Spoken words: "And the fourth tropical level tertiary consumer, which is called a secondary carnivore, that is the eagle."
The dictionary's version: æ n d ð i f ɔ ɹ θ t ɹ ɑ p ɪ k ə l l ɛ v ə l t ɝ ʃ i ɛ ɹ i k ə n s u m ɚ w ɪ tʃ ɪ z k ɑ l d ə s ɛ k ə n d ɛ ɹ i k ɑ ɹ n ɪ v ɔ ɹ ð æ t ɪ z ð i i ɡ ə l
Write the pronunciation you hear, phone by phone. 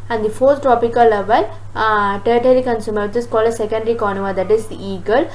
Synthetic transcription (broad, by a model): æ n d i f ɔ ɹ t t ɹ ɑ p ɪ k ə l l ɛ v ə l t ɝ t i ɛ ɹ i k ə n s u m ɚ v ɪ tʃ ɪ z k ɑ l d ə s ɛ k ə n d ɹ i k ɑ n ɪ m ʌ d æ t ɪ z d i i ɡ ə l